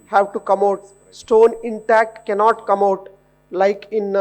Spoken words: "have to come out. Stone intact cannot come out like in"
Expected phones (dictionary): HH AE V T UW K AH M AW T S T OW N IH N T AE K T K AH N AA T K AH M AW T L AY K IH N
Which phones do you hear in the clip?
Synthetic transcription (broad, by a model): HH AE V T UW K AH M AW T S T OW N IH N T AE K T K AH N AA T K AH M AW T L AY K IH N